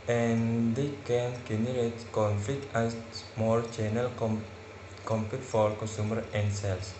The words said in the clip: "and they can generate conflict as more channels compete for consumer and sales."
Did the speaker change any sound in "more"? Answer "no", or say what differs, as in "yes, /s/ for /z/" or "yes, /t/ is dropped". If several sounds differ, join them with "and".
yes, /l/ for /ɹ/